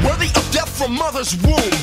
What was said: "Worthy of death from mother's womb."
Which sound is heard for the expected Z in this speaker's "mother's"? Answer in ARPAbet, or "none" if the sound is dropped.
Z